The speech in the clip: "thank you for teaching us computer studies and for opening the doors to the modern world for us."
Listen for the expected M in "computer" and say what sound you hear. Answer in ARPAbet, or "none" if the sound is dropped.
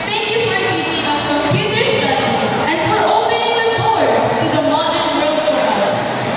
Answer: none